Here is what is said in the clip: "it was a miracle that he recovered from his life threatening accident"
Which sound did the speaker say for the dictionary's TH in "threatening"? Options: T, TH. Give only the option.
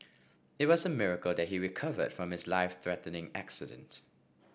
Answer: TH